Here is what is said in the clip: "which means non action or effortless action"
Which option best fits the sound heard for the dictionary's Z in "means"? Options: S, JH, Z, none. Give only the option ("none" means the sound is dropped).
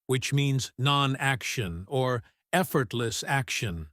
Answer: Z